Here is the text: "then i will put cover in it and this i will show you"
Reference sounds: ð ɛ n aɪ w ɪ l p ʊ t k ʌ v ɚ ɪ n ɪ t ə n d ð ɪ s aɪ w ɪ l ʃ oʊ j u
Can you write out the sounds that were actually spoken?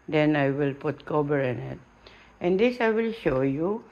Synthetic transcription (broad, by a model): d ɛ n aɪ w ɪ l p ʊ t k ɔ b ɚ ɪ n ɪ t ə n d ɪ s aɪ w ɪ l ʃ oʊ j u